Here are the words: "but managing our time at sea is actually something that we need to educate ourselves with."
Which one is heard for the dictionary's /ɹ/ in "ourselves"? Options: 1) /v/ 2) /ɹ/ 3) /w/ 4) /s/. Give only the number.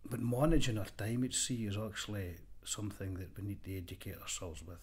2